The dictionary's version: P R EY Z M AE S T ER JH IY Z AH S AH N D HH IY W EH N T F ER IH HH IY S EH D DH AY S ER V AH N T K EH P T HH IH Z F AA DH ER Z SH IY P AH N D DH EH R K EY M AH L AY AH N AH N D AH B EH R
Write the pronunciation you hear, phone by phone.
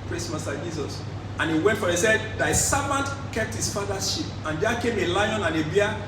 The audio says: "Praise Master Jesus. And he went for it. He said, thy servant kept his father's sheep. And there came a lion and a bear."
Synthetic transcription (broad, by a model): P R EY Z M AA S T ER JH IY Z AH S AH N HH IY W EH N T F IH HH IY S EH D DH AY S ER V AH N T K EH P T HH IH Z F AA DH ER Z SH IY P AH N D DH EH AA K EY M AH L AY AH N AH N AH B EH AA